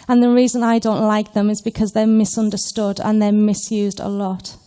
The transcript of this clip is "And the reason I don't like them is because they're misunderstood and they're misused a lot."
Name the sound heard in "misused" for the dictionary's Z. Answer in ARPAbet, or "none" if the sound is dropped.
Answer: Z